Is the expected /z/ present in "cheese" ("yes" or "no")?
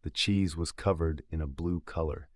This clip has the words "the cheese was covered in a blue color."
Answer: yes